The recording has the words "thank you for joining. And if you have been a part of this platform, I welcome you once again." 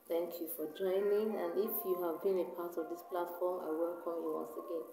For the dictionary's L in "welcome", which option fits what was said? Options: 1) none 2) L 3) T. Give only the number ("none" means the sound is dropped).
2